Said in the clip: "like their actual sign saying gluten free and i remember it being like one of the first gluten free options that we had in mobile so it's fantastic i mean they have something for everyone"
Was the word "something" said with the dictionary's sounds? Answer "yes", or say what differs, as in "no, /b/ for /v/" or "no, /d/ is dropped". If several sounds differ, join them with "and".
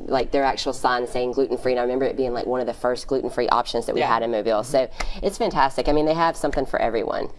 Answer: yes